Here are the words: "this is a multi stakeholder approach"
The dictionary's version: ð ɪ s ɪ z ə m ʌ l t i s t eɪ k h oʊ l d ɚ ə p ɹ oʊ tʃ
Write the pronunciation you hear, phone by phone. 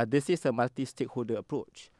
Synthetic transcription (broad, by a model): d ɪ s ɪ s ə m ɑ t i s t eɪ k h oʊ l d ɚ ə p ɹ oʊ tʃ